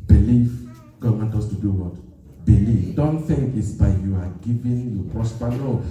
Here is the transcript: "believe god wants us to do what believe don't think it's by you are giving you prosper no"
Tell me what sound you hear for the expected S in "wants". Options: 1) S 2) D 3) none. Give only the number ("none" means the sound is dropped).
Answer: 3